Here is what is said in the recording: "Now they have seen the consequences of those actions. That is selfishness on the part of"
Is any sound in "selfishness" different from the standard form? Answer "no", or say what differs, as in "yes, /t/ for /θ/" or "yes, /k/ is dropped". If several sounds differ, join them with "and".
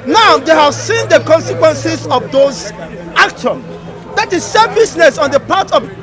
yes, /l/ is dropped and /s/ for /ʃ/